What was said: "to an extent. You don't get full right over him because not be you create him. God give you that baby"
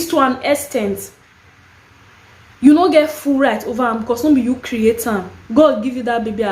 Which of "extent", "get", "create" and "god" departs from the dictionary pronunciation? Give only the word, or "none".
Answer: extent